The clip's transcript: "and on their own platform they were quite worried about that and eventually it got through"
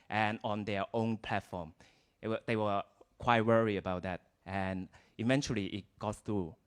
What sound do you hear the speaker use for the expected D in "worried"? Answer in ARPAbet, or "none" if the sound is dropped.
none